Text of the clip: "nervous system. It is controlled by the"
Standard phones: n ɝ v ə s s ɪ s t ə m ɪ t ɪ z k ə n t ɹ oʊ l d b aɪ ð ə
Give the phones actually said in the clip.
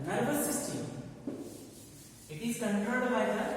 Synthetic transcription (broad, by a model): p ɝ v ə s s ɪ s t ə m ɪ t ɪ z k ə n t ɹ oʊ d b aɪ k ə